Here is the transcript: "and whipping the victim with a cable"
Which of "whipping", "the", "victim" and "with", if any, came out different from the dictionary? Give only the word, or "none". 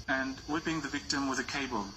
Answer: whipping